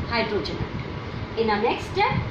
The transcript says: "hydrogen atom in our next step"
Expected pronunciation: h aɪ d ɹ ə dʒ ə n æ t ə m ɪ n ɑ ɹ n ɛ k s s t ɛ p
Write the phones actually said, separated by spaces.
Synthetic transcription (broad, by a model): h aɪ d ɹ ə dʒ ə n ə ɪ n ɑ n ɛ k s s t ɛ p